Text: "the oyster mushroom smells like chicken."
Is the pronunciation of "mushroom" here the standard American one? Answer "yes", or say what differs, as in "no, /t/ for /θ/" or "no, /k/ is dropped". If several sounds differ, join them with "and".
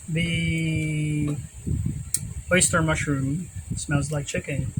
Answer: yes